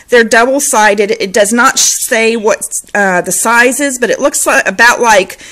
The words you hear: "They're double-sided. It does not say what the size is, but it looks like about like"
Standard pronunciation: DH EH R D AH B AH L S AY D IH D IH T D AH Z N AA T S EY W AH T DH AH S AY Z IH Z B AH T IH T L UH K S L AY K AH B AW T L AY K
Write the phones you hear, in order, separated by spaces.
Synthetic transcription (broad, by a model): DH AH R D AH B L S AY D IH D IH T D AH Z N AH T S EY W AH T DH AH S AY Z IH Z B AH T IH T L UH K S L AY AH B AW T L AY K